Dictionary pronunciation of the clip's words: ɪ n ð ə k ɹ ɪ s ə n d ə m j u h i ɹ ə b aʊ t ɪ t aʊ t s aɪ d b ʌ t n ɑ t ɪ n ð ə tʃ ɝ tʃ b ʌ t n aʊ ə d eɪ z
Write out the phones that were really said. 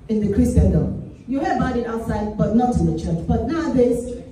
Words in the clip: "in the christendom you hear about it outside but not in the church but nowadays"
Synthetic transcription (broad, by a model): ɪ n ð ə k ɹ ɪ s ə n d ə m j u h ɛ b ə ɪ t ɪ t aʊ t s aɪ d b ʌ t n ɑ t ɪ n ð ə tʃ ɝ tʃ b ʌ t n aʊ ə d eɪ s